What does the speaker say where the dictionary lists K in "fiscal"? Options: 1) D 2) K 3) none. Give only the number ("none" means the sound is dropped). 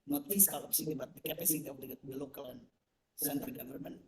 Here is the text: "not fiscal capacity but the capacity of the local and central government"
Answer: 3